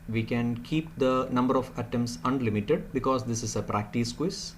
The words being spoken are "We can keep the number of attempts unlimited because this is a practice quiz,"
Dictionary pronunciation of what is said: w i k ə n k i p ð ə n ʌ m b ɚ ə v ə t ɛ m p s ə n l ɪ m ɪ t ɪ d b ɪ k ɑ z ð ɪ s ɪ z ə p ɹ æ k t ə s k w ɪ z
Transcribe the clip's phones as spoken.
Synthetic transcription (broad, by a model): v i k ə n k i p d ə n ʌ m b ɚ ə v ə t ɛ m s ə n l ɪ m ɪ t ɪ d b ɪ k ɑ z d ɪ s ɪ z ə p ɹ æ k t ə s k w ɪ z